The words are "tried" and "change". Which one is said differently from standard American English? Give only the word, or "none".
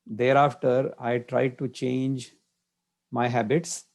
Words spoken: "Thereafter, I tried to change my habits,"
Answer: none